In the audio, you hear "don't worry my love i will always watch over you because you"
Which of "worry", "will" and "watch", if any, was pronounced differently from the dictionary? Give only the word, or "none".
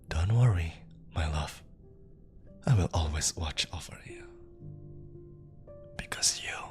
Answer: none